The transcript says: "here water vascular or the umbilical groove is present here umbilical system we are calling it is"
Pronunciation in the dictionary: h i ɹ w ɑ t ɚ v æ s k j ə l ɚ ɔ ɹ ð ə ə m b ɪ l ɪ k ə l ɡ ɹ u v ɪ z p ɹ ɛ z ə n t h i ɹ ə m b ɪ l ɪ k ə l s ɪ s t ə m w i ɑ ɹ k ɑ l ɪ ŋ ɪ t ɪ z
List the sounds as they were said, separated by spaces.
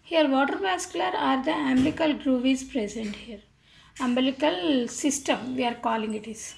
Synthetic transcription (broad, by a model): h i ɹ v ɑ t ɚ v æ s k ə l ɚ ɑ ɹ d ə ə m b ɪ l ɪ k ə l ɡ ɹ u v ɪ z p ɹ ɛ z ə n t h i ɹ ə m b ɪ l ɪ k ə l s ɪ s t ə m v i ɑ ɹ k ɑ l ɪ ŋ ɪ t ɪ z